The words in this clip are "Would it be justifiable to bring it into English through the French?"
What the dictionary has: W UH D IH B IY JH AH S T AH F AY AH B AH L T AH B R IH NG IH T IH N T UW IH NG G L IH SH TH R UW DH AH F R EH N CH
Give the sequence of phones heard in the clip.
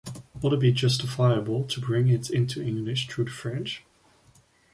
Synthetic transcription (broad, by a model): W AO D IH B IY JH AH S T AH F AY AH B AH L T AH B R IH NG IH T IH N T UW IH NG G L IH SH T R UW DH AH F R EH N CH